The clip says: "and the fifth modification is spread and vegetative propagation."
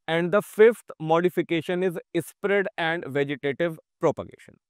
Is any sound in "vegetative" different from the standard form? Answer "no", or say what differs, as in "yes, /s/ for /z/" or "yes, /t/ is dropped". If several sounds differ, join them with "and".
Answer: no